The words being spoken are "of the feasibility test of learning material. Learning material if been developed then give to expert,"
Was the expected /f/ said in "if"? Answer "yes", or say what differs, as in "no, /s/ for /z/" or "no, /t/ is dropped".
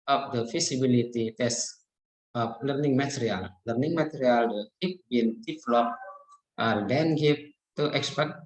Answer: no, /p/ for /f/